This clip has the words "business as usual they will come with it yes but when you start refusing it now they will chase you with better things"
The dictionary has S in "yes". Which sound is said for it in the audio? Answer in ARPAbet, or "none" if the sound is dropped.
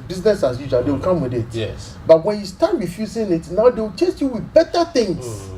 none